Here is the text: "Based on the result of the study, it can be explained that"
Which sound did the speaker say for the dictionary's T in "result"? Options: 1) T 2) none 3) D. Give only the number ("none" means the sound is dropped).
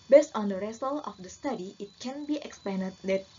2